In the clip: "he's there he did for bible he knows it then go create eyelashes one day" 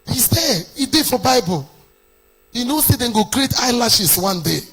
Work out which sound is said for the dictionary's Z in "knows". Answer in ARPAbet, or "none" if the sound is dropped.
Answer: S